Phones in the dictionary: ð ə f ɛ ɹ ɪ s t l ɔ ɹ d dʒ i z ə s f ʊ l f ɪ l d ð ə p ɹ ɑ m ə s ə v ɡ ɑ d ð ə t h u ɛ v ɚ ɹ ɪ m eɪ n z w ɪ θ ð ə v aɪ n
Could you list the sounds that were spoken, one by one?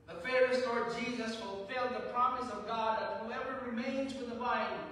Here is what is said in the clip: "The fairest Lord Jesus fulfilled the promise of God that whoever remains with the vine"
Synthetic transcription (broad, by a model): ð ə f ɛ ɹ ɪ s l ɔ ɹ d dʒ i z ə s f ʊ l f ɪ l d ð ə p ɹ ɑ m ə s ə v ɡ ɑ d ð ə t h u ɛ v ɚ ɹ ɪ m eɪ n z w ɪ ð ə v aɪ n